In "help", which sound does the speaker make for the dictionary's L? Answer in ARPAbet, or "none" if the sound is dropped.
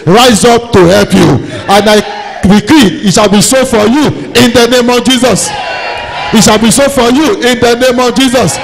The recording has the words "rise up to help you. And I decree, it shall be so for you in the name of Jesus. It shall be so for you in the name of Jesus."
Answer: L